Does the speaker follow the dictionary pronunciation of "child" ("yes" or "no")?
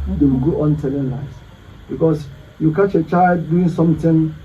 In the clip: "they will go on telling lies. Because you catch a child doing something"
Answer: yes